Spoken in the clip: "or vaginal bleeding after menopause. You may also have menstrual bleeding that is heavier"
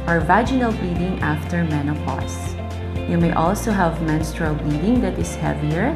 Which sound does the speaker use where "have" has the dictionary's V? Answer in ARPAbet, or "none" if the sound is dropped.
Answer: V